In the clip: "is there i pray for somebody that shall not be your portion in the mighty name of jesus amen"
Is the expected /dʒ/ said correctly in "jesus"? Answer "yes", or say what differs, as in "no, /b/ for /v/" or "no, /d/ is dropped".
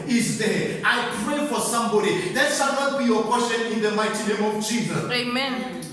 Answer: no, /tʃ/ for /dʒ/